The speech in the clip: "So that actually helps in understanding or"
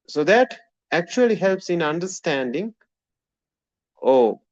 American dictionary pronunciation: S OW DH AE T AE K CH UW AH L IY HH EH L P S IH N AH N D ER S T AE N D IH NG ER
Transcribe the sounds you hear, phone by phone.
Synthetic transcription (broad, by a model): S OW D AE T AE K CH UW AH L IY HH EH L P S IH N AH N D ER S T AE N D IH NG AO